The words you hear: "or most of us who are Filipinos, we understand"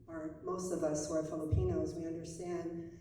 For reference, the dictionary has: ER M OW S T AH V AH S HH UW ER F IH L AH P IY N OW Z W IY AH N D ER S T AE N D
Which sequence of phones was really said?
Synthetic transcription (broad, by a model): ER M OW S T AH V AH S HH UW ER F IH L AH P IY N OW Z W IY AH N D ER S T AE N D